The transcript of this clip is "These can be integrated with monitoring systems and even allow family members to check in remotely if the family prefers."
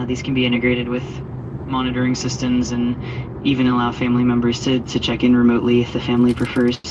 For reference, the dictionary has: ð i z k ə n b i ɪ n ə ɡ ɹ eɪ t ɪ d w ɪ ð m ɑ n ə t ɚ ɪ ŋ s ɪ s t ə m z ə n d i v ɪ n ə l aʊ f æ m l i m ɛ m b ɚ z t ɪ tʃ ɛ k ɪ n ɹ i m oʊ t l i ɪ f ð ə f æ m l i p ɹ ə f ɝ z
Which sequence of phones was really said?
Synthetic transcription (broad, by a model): ð i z k n b i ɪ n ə ɡ ɹ eɪ t ɪ d w ɪ ð m ɑ n ə t ɚ ɪ ŋ s ɪ s t ə m z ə n i v ɪ n ə l aʊ f æ m l i m ɛ m b ɚ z t ɪ tʃ ɛ k ɪ n ɹ i m oʊ t l i ɪ f ð ə f æ m l i p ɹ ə f ɝ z